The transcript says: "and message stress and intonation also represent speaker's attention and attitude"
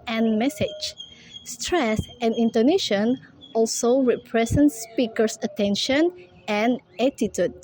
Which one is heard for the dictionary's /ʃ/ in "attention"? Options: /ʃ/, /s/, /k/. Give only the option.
/ʃ/